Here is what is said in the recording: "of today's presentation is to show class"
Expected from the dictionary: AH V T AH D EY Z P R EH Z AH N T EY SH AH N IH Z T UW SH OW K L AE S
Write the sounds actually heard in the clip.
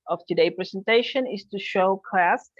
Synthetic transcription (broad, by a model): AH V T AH D EY P R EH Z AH N T EY SH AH N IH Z T UW SH OW K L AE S